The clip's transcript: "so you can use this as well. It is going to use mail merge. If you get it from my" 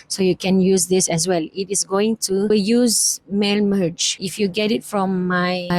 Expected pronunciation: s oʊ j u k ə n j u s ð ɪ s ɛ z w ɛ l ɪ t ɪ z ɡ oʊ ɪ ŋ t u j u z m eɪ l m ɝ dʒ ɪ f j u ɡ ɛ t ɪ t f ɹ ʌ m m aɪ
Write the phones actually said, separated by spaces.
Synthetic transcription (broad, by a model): s oʊ j u k ə n j u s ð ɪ s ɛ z w ɛ l ɪ t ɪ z ɡ oʊ ɪ ŋ t u j u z m eɪ l m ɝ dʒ ɪ f j u ɡ ɛ t ɪ t f ɹ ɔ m m aɪ